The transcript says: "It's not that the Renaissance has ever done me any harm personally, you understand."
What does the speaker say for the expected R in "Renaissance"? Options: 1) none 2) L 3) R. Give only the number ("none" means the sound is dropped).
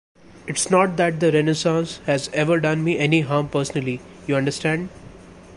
3